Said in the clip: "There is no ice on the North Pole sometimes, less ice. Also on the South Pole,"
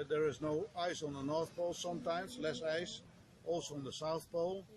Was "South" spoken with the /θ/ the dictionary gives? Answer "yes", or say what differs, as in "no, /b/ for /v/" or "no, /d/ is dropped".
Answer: yes